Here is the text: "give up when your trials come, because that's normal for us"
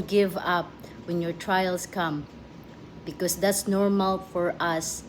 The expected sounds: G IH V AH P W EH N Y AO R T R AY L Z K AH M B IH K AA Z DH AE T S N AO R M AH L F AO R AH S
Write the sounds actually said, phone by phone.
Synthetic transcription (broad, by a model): G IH V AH P W EH N Y AO R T R AY L S K AH M B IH K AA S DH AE T S N AO R M AH L F AO R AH S